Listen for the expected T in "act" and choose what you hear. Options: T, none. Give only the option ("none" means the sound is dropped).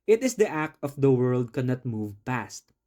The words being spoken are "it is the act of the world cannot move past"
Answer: T